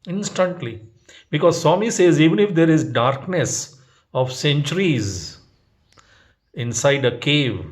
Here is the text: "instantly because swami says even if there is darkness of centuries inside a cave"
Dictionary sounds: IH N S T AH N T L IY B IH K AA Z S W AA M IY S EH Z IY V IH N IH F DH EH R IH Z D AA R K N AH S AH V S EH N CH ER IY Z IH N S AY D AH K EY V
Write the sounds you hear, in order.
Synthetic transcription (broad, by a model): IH N S T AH N T L IY B IH K AA Z S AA M IY S EH Z IY V IH N IH F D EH R IH Z D AA R K N AH S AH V S EH N CH ER IY Z IH N S AY D AH K EY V